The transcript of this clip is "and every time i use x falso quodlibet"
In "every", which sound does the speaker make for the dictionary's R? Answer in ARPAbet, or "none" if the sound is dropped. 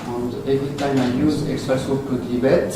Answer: none